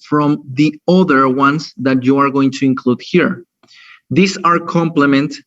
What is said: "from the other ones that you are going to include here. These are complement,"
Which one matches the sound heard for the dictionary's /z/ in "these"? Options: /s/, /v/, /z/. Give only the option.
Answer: /s/